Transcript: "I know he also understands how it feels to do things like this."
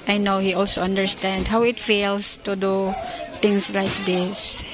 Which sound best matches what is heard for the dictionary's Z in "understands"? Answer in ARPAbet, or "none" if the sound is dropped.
none